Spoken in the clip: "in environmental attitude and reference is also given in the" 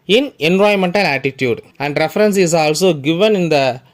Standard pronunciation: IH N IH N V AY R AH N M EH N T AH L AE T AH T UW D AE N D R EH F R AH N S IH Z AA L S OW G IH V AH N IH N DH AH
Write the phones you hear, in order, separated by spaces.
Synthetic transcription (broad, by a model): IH N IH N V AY AH M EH N T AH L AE T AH T UW D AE N D R EH F R AH N S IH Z AA L S OW G IH V AH N IH N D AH